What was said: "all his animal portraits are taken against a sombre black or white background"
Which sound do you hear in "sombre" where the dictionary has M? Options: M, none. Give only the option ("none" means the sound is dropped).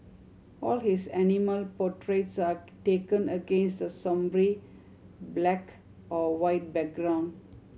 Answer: M